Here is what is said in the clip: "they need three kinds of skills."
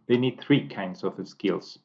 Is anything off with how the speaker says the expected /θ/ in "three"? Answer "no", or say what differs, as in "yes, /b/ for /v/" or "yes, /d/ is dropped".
no